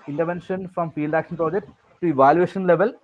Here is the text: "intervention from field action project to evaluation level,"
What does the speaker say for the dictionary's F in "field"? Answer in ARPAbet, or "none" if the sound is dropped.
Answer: P